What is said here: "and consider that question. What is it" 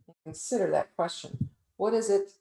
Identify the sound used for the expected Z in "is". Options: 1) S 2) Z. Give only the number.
2